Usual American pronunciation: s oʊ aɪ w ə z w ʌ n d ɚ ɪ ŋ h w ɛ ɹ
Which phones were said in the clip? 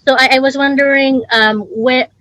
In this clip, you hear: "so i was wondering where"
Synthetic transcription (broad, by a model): s oʊ aɪ w ə z w ʌ n d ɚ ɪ ŋ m w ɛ